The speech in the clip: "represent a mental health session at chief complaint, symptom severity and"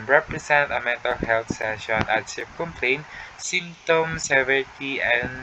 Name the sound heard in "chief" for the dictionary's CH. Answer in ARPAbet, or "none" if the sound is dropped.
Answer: S